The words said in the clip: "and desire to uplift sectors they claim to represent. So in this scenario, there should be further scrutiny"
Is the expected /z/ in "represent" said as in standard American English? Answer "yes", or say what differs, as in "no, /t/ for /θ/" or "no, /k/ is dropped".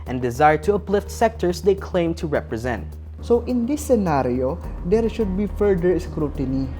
yes